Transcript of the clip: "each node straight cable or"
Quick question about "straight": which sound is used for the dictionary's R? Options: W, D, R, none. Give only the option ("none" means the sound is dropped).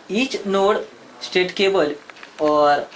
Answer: none